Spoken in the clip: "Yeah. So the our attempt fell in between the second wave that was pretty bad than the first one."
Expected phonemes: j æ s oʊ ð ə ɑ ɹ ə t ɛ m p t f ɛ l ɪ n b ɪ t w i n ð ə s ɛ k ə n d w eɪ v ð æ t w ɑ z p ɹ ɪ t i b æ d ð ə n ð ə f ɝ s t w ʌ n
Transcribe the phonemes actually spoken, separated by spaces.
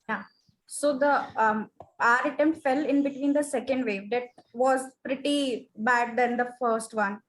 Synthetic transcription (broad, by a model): j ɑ s oʊ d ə ɑ ɹ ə t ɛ m t f ɛ l ɪ n b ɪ t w i n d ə s ɛ k ə n d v eɪ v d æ t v ɑ z p ɹ ɪ t i b æ d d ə n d ə f ɝ s t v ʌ n